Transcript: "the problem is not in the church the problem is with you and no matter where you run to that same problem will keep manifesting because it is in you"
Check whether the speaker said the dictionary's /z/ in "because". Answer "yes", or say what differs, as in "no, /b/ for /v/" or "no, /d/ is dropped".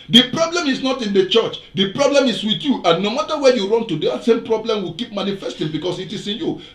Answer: no, /s/ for /z/